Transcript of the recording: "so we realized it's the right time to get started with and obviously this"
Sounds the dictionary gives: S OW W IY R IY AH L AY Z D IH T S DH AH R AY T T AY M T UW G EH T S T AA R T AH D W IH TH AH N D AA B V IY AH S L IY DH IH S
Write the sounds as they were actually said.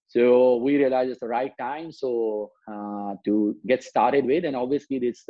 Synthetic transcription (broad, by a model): S OW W IY R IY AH L AY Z IH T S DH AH R AY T T AY M T UW G EH T S T AA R T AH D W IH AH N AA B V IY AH S L IY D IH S